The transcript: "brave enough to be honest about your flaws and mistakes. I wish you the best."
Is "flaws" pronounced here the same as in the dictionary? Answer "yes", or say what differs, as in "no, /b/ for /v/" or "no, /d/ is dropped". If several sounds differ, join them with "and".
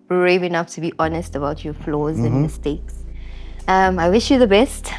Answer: yes